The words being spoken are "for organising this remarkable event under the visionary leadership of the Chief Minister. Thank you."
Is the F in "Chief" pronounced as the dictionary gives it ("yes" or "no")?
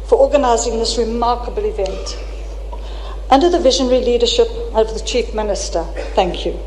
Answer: yes